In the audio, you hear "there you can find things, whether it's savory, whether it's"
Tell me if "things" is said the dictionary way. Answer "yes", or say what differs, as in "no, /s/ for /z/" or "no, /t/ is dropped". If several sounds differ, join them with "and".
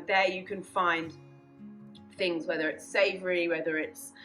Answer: yes